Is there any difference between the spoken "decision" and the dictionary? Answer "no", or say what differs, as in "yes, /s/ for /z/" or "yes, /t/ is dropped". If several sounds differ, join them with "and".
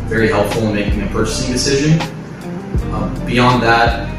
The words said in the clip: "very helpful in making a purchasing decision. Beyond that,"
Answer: no